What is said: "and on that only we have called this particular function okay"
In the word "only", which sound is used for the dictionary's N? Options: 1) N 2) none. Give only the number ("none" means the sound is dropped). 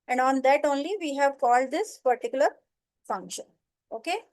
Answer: 1